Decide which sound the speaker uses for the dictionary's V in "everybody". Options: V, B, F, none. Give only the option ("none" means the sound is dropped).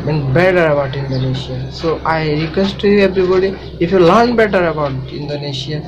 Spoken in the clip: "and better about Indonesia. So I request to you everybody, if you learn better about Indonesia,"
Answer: B